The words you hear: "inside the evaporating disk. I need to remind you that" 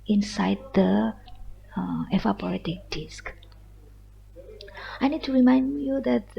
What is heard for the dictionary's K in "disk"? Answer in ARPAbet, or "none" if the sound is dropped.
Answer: K